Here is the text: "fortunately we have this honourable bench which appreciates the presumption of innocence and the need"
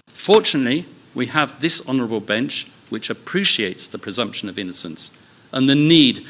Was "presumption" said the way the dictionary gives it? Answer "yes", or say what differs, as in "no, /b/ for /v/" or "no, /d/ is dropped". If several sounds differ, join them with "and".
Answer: yes